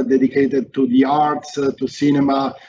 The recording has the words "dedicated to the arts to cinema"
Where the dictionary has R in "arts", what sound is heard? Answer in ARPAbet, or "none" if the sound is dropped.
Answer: R